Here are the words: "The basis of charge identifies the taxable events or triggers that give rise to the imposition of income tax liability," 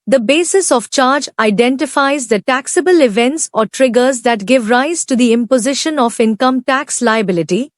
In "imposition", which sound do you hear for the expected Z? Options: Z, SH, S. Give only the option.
Z